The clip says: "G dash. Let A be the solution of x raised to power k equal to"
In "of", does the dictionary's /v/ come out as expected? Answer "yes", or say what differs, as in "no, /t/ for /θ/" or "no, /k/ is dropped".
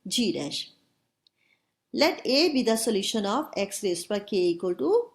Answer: no, /b/ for /v/